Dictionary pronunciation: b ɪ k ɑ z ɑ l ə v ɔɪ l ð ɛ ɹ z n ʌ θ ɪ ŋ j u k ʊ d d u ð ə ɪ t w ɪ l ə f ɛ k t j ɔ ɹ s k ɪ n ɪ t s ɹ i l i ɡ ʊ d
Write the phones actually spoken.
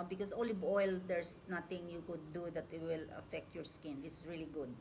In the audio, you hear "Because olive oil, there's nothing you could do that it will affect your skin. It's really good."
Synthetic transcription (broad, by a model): b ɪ k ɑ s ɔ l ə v ɔɪ l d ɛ ɹ s n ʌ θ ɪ ŋ j u k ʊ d d u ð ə t w ɪ l ə f ɛ k t j ɔ ɹ s k ɪ n ɪ t s ɹ i l i ɡ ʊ d